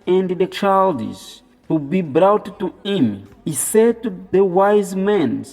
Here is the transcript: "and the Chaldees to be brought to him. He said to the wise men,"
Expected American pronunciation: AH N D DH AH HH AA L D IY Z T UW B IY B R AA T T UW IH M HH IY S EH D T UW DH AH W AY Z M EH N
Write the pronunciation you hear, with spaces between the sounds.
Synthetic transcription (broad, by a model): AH N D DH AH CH AA L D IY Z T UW B IY B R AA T T UW IH M HH IY S EH D T UW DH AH W AY Z M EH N